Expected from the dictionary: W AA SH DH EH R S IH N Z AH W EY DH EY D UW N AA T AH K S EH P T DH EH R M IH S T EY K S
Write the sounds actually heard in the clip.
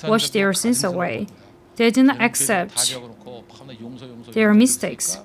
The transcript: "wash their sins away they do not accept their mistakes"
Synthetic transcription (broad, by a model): W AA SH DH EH R S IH N S AH W EY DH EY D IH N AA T AH K S EH P T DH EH R M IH S T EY K S